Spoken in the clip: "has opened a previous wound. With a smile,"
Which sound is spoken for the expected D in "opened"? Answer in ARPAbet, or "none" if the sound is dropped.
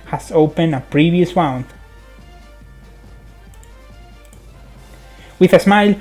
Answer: none